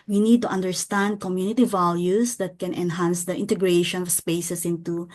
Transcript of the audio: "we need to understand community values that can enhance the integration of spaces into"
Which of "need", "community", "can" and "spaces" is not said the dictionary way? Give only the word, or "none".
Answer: spaces